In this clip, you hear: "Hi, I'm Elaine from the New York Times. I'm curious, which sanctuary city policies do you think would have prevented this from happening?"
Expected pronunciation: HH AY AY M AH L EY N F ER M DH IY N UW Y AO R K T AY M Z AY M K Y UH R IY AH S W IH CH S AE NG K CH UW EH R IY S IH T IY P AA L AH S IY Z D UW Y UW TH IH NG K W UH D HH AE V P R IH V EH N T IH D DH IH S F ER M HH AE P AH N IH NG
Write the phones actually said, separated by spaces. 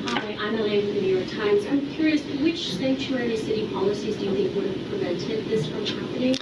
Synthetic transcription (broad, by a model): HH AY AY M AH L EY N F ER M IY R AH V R T AY M Z AY M K Y UH R IY AH S W IH CH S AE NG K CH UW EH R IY S IH T IY P AA L AH S IY Z D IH Y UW TH IH NG K W UH D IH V P R IH V EH N T IH D DH IH S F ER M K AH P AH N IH